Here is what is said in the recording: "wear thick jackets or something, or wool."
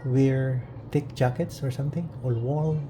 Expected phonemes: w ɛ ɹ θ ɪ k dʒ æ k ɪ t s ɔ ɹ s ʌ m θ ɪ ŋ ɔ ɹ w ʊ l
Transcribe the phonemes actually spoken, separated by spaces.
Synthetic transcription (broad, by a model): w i ɹ t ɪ k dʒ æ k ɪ t s ɔ ɹ s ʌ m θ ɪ ŋ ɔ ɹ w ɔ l